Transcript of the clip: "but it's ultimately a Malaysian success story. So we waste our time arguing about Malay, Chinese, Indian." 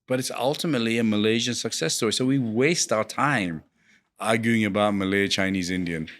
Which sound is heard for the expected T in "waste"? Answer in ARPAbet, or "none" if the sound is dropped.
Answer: T